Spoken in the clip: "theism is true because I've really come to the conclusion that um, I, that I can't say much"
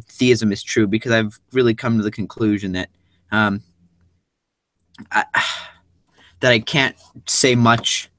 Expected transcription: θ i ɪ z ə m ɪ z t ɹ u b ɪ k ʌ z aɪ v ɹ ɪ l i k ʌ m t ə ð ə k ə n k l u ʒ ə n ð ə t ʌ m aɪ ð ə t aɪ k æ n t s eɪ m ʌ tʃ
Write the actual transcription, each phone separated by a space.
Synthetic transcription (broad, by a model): θ i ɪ z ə m ɪ z t ɹ u b ɪ k ʌ z aɪ v ɹ ɪ l i k ʌ m t ə ð ə k ə n k l u ʒ ə n ð ə t ʌ m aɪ ð ə t aɪ k æ n t s eɪ m ʌ tʃ